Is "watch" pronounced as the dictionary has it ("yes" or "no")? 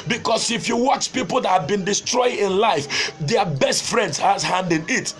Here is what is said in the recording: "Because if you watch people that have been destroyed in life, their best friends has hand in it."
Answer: yes